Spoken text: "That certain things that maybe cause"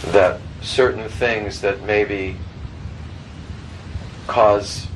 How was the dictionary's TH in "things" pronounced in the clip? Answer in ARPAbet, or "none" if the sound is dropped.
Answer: TH